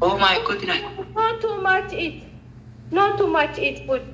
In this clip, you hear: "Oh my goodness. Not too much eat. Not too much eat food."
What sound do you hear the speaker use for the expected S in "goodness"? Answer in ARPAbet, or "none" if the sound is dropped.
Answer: none